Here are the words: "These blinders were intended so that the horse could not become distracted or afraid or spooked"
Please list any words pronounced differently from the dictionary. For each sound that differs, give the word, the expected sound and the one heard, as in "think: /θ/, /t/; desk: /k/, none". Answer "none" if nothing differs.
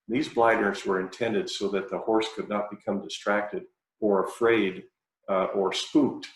blinders: /n/, none